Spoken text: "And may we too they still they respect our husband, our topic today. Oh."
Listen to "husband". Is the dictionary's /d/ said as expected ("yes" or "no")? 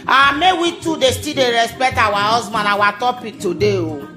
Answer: no